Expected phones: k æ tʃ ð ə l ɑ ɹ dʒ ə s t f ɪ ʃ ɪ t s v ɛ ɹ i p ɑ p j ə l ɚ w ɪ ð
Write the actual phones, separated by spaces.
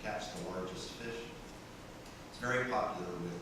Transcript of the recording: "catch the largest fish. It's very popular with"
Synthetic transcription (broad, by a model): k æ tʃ ð ə w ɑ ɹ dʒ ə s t f ɪ ʃ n t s v ɛ ɹ i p ɑ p j l ɚ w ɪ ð